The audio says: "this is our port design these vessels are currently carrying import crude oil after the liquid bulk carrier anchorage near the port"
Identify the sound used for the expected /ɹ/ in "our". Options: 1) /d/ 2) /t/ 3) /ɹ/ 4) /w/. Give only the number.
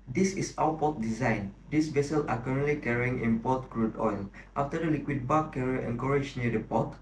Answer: 4